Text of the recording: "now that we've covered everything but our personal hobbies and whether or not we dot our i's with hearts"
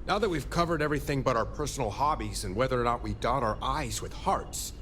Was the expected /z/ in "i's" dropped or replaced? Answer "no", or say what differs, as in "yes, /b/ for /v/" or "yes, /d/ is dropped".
no